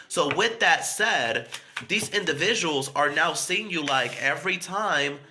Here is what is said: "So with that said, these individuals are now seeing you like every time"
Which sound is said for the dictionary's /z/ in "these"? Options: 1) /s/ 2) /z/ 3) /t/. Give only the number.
2